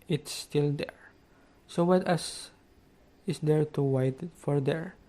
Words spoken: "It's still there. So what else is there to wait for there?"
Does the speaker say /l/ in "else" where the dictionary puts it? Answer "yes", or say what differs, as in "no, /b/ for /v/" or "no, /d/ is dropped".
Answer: no, /l/ is dropped